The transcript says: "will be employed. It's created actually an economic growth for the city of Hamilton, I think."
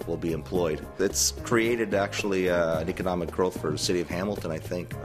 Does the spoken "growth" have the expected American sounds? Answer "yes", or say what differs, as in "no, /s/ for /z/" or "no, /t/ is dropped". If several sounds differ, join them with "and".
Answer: yes